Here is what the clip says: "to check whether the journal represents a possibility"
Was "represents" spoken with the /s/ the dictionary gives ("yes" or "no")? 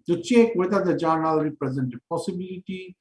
no